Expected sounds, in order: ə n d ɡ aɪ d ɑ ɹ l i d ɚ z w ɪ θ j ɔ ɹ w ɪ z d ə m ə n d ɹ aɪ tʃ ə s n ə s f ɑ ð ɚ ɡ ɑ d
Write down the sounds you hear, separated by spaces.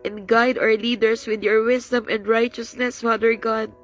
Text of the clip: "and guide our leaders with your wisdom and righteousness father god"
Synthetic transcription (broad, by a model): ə n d ɡ aɪ d ɑ ɹ l i d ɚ s w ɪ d j ɔ ɹ w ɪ s d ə m ə n d ɹ aɪ tʃ ə s n ə s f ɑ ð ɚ ɡ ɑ d